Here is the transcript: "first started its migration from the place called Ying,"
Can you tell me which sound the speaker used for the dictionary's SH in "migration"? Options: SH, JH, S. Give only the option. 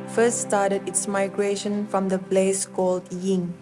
SH